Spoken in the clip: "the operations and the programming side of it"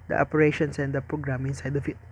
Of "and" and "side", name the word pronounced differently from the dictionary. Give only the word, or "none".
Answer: none